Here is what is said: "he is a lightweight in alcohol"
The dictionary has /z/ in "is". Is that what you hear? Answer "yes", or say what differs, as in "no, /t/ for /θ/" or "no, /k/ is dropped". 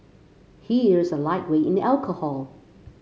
yes